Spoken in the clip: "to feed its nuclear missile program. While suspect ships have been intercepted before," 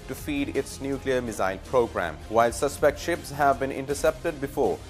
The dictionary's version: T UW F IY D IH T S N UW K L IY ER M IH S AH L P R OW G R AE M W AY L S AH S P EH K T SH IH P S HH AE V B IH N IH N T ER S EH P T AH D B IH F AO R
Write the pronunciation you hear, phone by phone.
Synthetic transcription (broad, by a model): T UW F IY D IH T S N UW K L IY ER M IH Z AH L P R OW G R AE M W AY L S AH S P EH K T SH IH P S HH AE V B IH N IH N T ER S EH P T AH D B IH F AO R